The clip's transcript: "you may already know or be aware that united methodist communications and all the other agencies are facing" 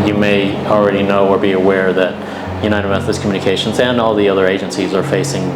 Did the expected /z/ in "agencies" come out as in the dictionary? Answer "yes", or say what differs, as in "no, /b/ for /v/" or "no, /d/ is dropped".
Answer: yes